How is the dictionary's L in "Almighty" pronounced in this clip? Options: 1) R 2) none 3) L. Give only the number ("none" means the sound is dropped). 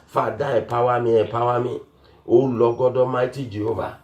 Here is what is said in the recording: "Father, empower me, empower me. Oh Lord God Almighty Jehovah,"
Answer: 2